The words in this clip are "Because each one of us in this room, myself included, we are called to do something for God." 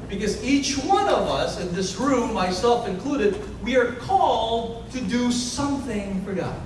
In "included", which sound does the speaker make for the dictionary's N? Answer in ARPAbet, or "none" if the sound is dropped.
N